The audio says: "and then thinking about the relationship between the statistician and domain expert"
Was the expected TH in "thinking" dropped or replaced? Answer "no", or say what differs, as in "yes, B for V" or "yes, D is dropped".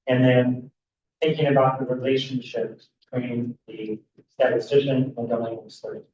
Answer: no